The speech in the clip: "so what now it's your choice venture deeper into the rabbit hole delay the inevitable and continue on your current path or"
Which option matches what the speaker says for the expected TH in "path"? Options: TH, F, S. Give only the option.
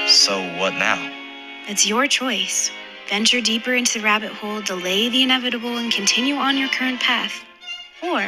TH